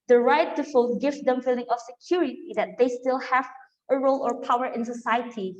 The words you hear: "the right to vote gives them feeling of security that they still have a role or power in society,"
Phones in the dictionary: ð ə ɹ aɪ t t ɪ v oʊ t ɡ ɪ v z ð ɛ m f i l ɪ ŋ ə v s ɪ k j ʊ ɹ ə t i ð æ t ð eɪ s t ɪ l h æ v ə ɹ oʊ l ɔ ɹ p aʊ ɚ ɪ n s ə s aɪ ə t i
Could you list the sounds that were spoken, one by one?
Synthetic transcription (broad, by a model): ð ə ɹ aɪ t t ɪ f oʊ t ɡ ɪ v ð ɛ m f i l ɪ ŋ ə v s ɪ k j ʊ ɹ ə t i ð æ t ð eɪ s t ɪ l h æ v ə ɹ oʊ l ɔ ɹ p aʊ ɚ ɪ n s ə s aɪ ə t i